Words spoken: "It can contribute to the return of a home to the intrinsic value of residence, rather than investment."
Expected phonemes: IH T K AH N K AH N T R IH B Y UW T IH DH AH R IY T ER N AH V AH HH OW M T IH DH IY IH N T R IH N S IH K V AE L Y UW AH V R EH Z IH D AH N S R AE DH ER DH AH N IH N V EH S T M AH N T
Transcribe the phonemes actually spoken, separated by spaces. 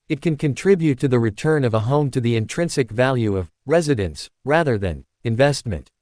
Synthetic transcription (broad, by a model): IH T K AH N K AH N T R IH B Y UW T IH DH AH R IY T ER N AH V AH HH OW M T IH DH IY IH N T R IH N S IH K V AE L Y UW AH V R EH Z IH D AH N S R AE DH ER DH AH N IH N V EH S T M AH N T